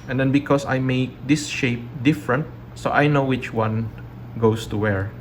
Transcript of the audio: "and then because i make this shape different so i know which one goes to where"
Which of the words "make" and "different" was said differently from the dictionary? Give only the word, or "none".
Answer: none